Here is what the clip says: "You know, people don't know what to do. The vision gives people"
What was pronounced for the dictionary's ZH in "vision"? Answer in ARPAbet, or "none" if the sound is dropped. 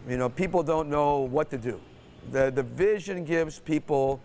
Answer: ZH